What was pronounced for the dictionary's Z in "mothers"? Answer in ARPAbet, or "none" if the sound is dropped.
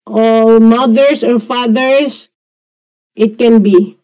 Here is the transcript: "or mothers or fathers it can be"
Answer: S